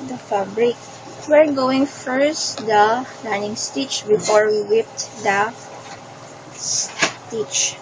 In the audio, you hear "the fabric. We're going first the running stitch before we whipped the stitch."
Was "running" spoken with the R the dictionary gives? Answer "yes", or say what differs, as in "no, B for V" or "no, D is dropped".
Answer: no, L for R